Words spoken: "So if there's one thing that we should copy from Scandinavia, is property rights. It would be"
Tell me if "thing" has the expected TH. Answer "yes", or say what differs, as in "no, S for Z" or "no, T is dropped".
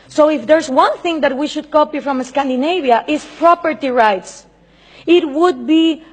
yes